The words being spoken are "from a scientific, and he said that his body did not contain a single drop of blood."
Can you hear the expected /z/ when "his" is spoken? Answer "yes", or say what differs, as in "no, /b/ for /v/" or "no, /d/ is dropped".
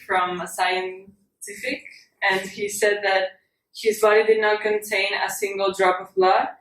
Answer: yes